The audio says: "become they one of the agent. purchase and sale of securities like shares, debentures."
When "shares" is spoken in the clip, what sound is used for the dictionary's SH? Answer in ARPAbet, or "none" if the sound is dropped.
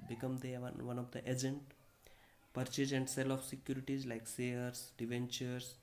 S